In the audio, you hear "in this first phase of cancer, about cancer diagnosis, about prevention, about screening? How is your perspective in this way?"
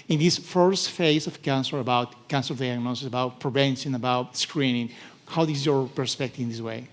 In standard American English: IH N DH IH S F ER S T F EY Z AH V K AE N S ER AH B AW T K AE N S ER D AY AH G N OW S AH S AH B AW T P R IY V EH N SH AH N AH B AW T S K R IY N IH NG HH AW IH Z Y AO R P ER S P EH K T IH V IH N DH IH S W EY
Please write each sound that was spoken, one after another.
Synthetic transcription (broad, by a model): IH N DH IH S F ER S T F EY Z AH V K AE N S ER AH B AW T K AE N S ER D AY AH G N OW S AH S AH B AW T P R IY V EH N S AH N AH B AW T S K R IY N IH NG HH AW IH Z Y AO R P ER S P EH K T IH V IH N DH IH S W EY